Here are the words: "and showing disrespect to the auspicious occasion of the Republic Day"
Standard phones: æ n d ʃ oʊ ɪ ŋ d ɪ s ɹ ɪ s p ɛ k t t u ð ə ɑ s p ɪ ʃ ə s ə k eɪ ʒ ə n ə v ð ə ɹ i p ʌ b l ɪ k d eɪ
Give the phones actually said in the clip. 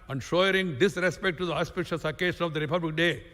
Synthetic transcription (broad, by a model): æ n d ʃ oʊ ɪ ŋ d ɪ s ɹ ɪ s p ɛ k t t u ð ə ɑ s p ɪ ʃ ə s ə k eɪ ʃ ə n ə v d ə ɹ i p ʌ b l ɪ k d eɪ